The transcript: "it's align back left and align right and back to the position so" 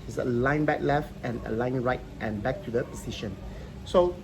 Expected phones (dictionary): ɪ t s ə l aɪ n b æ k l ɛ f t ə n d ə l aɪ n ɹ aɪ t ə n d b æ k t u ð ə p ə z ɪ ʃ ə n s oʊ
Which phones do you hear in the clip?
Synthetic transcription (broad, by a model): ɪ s ə l aɪ n b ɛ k l ɛ f t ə n ə l aɪ n ɹ aɪ t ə n b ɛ k t u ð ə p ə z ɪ ʃ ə n s oʊ